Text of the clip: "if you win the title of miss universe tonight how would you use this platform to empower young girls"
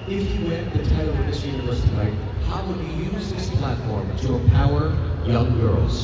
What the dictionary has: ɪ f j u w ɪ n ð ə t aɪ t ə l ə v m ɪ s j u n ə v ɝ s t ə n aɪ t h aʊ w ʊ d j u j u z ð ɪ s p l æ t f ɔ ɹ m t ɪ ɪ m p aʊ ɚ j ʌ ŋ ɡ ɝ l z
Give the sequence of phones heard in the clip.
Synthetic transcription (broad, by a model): ɪ f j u w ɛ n ð ə t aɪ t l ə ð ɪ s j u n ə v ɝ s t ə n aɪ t h aʊ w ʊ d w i j u z ð ɪ s p l æ t f ɔ ɹ m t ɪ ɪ p aʊ ɚ j ʌ ŋ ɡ ɝ l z